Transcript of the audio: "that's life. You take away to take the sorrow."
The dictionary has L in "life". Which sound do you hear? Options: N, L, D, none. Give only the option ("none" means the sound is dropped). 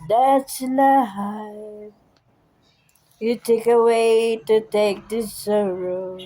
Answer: N